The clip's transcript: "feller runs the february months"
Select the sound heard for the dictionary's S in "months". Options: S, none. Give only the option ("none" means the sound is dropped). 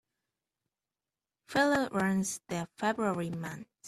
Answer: none